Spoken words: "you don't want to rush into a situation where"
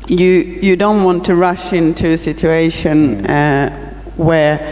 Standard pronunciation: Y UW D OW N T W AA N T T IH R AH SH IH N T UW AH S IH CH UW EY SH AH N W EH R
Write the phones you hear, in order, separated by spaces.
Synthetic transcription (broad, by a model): Y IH D OW N T W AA N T T IH R AH SH IH N T UW AH S IH CH UW EY SH AH N W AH R